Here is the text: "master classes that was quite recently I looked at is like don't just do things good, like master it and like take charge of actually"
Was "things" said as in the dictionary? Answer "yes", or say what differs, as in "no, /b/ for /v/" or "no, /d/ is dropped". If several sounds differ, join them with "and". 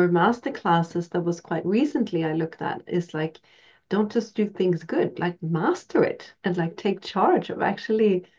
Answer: yes